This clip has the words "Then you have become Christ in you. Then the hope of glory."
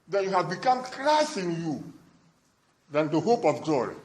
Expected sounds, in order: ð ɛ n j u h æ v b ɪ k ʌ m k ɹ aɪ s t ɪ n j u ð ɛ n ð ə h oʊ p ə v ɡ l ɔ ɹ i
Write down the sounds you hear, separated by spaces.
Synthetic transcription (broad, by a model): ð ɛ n j u h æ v b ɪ k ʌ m k ɹ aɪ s ɪ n j u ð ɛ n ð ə h oʊ p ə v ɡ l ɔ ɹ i